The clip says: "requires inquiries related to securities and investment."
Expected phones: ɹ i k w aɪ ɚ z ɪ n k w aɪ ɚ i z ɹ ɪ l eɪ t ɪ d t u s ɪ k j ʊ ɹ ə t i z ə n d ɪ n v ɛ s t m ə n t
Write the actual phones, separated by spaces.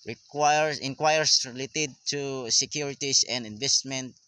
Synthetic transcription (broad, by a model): ɹ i k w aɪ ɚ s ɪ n k w aɪ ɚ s ɹ ɪ l eɪ t ɪ d t u s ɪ k j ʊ ɹ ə t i s ə n d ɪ n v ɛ s t m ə n t